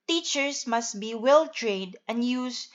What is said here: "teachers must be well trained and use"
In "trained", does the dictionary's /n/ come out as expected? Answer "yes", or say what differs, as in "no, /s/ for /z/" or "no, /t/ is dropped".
no, /n/ is dropped